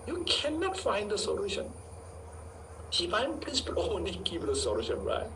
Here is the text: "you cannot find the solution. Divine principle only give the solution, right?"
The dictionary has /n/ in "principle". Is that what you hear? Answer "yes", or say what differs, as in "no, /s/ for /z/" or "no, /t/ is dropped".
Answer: no, /n/ is dropped